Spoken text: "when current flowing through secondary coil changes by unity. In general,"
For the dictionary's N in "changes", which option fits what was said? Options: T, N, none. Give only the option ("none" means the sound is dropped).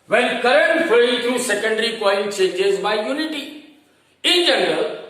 none